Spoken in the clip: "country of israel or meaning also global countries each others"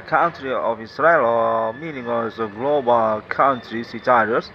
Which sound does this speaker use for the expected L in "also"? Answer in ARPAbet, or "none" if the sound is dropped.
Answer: none